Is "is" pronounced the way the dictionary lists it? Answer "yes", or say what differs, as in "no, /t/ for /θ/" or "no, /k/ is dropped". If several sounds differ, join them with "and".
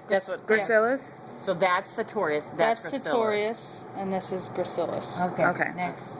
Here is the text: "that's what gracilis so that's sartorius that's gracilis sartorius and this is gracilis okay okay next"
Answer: yes